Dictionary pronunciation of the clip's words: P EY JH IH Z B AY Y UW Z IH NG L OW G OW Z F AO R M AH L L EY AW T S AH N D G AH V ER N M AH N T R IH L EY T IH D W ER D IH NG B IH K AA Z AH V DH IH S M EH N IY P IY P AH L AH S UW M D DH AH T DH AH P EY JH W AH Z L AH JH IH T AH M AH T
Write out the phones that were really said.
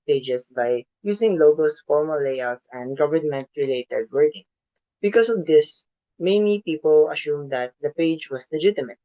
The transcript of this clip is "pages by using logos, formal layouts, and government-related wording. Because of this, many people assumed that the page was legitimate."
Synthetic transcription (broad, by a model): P EY JH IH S B AY Y UW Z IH NG L OW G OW S F AO R M AH L L EY AW T S AH N D G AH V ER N M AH N T R IH L EY T IH D W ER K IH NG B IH K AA S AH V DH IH S M EH N IY P IY P AH L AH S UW M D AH T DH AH P EY JH W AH S L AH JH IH T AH M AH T